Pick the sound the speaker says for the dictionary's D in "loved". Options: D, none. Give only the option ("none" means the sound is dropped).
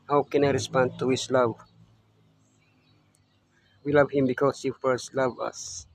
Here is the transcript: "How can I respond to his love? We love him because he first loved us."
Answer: none